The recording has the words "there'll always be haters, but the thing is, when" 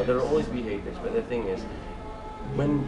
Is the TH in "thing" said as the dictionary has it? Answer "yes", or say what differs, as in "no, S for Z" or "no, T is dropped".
yes